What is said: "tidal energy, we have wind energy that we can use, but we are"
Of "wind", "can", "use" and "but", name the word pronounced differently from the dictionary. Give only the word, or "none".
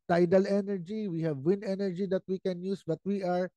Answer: wind